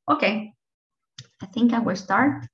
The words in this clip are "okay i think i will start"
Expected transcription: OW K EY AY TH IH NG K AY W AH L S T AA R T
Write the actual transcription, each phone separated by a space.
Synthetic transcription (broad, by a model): OW K EY AY TH IH NG K AY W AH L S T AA R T